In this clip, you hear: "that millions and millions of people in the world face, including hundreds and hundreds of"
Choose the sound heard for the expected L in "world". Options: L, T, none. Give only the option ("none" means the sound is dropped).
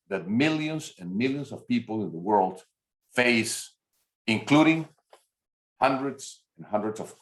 L